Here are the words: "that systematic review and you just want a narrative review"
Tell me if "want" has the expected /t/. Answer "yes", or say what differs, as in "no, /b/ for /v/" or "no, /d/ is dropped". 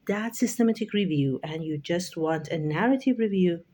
yes